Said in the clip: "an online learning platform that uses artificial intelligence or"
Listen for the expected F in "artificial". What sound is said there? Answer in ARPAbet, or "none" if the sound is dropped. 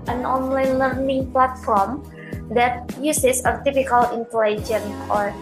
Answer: P